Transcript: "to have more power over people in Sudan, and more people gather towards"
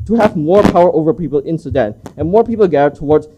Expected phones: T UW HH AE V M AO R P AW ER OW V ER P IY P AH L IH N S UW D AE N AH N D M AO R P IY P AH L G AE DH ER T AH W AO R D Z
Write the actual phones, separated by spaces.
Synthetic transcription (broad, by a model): T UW HH AE V M AO R P AW ER OW V ER P IY P AH L IH N S UW D AE N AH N M AO R P IY P AH L G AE ER T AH W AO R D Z